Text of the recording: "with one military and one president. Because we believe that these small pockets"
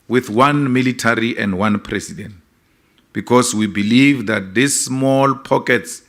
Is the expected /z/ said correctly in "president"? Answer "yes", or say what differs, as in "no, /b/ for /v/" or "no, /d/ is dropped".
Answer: no, /s/ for /z/